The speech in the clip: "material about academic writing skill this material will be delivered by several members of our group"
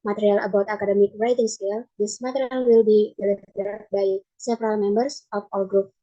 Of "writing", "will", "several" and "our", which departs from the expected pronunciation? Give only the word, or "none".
our